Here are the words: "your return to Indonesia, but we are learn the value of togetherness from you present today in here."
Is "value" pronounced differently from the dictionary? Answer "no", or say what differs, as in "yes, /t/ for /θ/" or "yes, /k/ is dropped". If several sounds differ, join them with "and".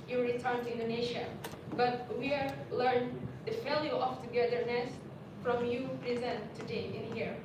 yes, /f/ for /v/